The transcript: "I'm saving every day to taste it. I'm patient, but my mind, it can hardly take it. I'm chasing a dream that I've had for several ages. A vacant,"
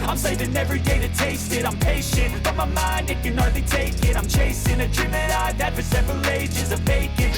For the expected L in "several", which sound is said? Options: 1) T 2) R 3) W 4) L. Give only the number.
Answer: 4